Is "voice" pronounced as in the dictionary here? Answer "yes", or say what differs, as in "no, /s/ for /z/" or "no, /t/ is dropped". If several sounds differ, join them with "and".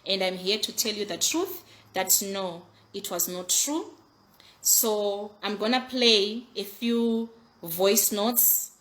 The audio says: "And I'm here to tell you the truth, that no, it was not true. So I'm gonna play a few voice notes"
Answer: yes